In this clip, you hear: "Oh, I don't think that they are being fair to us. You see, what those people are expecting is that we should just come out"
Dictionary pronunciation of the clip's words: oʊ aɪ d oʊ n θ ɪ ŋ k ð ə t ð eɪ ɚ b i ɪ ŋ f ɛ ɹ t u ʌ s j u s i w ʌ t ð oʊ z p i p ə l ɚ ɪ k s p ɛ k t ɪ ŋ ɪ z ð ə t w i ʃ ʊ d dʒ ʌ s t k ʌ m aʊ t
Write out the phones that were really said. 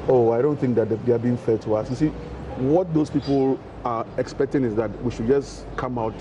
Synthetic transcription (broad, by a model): oʊ aɪ d oʊ n θ ɪ ŋ k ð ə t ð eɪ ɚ b i ɪ ŋ f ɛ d t u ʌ s j u s i w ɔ t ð oʊ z p i p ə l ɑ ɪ k s p ɛ k t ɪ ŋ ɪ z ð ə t w i ʃ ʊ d dʒ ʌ s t k ʌ m aʊ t